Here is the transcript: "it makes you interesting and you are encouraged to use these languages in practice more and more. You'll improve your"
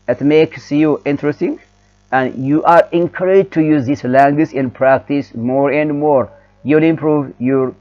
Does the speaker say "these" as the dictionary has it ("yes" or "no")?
no